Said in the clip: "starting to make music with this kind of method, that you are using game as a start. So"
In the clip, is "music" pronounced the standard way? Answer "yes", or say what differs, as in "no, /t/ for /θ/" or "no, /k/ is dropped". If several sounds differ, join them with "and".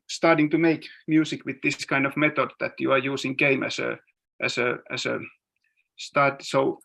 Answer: no, /s/ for /z/